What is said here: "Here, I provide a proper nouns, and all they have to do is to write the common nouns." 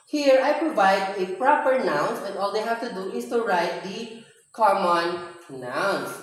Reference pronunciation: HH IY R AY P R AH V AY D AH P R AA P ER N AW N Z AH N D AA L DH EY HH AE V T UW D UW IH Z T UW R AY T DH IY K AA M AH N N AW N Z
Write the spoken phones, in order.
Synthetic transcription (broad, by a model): HH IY R AY P R AH V AY D AH P R AA P ER N AW N S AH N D AA L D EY HH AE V T UW D UW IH S T UW R AY T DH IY K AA M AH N N AW N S